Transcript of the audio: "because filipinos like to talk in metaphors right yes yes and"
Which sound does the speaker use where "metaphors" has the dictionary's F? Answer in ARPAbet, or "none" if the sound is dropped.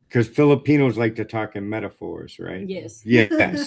F